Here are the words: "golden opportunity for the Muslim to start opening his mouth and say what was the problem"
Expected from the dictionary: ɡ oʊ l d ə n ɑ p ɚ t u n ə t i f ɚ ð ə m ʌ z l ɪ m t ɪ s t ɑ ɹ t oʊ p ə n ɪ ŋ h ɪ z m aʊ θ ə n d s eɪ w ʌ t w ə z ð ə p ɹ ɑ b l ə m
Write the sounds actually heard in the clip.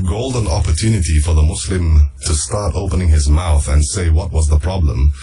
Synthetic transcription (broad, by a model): ɡ oʊ l d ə n ɑ p ɚ t u n ə t i f ɚ ð ə m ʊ s l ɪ m t ɪ s t ɑ ɹ t oʊ p ə n ɪ ŋ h ɪ z m aʊ θ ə n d s eɪ w ʌ t w ə z ð ə p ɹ ɑ b l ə m